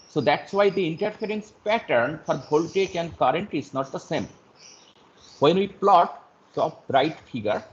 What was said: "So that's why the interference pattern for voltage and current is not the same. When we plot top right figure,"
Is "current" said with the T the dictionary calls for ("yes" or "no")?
yes